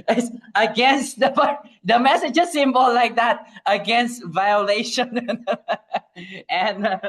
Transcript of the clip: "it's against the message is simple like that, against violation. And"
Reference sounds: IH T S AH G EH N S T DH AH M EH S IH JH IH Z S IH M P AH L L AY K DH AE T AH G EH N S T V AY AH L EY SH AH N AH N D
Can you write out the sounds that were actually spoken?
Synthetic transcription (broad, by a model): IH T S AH G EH N S T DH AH M EH S IH JH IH S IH M B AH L L AY K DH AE T AH G EH N S T V AY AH L EY SH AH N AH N